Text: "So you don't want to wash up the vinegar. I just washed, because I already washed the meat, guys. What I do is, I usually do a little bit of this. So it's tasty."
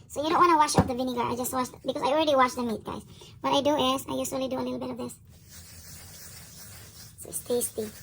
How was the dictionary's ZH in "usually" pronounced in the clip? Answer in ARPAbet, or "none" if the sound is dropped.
S